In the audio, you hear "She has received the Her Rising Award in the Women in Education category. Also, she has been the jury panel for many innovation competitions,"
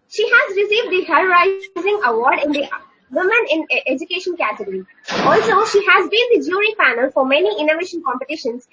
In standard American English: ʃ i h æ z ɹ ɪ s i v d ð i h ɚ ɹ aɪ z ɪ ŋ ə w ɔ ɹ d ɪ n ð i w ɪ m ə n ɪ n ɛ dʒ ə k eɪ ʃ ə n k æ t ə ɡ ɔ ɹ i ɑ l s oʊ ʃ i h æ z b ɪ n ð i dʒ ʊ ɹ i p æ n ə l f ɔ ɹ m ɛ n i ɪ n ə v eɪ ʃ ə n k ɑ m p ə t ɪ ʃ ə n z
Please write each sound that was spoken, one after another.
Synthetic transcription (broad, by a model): ʃ i h æ z ɹ ɪ s i v d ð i h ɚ ɹ aɪ z ɪ ŋ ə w ɔ ɹ d ɪ n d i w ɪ m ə n ɪ n ɛ dʒ ə k eɪ ʃ ə n k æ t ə ɡ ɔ ɹ i ɑ l s oʊ ʃ i h æ z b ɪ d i dʒ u ɹ i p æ n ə l f ɔ ɹ m ɛ n i ɪ n ə v eɪ ʃ ə n k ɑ m p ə t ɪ ʃ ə n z